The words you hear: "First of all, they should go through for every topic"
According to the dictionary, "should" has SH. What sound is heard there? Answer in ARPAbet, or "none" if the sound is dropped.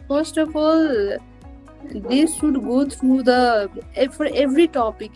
S